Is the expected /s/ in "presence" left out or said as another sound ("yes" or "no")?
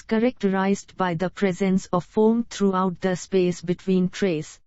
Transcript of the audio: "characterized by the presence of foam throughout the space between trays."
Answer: no